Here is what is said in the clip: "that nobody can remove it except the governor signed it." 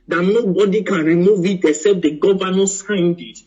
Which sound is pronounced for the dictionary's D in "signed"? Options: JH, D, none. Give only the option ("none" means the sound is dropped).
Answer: D